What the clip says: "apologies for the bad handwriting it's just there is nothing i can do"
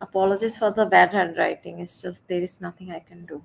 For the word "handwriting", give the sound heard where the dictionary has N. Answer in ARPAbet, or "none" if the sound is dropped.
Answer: none